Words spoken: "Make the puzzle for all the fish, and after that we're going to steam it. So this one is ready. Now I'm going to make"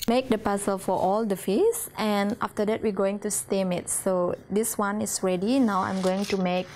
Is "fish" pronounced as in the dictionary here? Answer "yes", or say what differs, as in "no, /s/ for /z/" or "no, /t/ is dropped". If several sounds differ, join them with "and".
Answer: no, /s/ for /ʃ/